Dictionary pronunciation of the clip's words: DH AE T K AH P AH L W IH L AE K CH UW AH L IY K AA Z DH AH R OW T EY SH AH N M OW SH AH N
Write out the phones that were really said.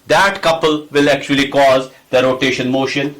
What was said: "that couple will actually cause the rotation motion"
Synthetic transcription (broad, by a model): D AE T K AH P AH L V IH L AE K CH UW AH L IY K AA Z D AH R OW T EY SH AH N M OW SH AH N